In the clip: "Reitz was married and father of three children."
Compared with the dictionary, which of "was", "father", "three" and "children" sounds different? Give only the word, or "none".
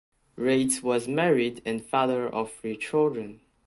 three